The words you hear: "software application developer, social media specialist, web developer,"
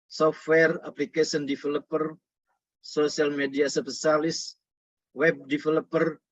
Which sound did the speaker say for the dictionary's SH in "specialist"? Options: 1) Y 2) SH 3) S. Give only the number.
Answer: 3